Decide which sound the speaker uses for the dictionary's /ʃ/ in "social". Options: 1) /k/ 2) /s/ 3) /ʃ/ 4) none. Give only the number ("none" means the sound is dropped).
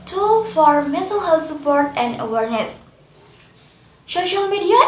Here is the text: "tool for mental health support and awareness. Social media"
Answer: 3